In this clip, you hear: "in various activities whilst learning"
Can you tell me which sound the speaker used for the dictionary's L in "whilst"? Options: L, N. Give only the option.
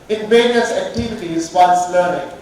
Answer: N